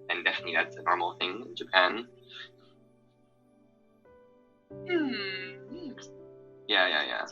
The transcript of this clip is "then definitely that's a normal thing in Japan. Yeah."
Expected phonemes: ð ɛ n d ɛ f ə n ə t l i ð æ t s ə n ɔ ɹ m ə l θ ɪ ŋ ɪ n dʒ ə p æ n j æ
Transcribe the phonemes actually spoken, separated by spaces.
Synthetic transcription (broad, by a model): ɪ n d ɛ f ə n ə t l i ð æ t s ə n ɔ ɹ m l θ ɪ ŋ ɪ n dʒ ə p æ n j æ